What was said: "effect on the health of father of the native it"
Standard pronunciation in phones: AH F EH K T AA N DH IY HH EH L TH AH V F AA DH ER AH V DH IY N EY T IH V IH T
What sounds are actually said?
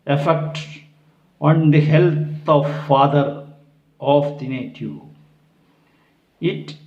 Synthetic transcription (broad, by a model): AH F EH K T AA N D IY HH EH L T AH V F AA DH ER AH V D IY N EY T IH IH T